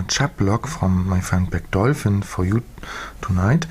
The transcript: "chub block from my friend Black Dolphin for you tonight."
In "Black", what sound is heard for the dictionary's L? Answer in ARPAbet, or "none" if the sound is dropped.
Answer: none